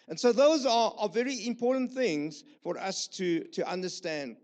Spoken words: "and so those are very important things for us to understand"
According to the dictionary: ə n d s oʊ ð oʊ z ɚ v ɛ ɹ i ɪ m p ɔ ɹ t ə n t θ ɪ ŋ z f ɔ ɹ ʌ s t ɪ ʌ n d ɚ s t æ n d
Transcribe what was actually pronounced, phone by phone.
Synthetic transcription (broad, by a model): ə n s oʊ ð oʊ z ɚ v ɛ ɹ i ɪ m p ɔ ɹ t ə n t θ ɪ ŋ z f ɔ ɹ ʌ s t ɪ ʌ n d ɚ s t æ n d